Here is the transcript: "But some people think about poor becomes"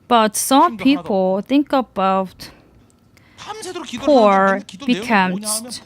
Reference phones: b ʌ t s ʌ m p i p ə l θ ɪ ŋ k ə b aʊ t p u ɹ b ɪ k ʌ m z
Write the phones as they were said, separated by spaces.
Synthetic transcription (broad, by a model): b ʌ t s ʌ m p i p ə l θ ɪ ŋ k ə b aʊ t p u ɹ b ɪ k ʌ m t